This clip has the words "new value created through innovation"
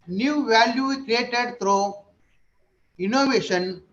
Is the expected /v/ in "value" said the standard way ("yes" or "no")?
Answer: yes